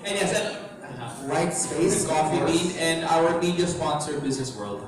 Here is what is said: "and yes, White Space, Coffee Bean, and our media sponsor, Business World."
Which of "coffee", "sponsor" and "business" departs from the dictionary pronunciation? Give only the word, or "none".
none